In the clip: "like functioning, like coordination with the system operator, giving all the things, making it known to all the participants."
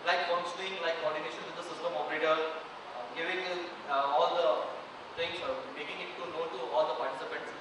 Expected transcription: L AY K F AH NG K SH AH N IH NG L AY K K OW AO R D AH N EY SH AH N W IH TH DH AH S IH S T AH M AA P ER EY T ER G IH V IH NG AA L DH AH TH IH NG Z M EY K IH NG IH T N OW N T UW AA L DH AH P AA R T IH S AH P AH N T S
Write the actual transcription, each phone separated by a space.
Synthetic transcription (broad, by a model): L AY K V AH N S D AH IH NG L AY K K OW AO R D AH N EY SH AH N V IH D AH S IH S T AH M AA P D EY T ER G IH V IH NG AA L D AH T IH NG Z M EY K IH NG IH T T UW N T UW AA L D AH P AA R T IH S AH P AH N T S